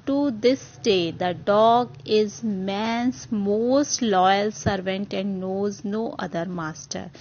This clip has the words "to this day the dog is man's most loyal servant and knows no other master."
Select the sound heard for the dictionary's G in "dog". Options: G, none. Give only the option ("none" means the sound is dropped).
G